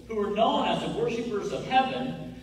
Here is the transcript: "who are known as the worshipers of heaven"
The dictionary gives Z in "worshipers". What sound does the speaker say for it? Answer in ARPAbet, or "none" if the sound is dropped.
Z